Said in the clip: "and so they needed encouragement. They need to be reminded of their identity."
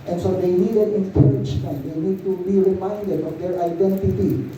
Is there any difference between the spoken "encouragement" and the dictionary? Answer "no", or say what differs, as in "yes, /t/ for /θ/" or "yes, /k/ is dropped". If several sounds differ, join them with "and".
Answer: yes, /m/ is dropped